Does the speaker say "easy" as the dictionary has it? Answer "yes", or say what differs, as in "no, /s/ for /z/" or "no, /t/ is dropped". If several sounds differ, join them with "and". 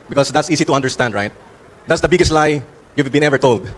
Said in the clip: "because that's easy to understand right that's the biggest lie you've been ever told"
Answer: no, /s/ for /z/